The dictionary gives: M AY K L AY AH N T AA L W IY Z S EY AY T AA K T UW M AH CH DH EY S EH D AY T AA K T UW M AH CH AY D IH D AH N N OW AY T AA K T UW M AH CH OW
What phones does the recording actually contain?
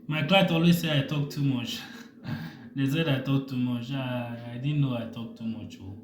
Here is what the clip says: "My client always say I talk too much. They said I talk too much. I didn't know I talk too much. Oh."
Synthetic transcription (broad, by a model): M AY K L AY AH T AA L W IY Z S EY AY T AA K T UW M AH CH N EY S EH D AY T AA K T UW M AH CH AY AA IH D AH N N OW AY T AA K T UW M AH CH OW